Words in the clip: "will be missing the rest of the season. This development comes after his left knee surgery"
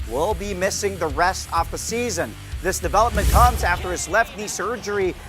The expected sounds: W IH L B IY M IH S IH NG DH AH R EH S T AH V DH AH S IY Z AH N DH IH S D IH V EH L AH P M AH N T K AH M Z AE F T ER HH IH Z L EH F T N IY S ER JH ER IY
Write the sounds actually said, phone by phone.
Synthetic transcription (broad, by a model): W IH L B IY M IH S IH NG DH AH R EH S T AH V DH AH S IY Z AH N DH IH S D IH V EH L AH P M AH N K AH M Z AE F T ER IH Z L EH F T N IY S ER JH ER IY